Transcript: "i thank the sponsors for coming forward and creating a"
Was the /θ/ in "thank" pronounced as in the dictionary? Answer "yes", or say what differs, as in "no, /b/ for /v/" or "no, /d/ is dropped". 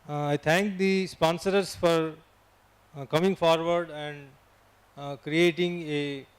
no, /t/ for /θ/